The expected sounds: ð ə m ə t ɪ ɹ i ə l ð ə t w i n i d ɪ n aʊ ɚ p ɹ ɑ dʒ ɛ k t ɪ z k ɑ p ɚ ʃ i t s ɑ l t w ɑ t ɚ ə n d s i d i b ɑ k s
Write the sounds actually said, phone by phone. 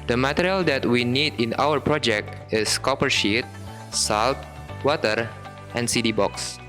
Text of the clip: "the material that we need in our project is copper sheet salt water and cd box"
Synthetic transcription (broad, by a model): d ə m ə t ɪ ɹ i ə l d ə t w i n i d ɪ n aʊ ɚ p ɹ ɑ dʒ ɛ k t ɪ s k ɑ p ɚ ʃ i t s ɑ l t w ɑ t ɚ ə n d s i d i b ɑ k s